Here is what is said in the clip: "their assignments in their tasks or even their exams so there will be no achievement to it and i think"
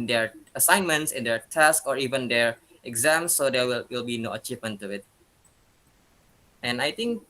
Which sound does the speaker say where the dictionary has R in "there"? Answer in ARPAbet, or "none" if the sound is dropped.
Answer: W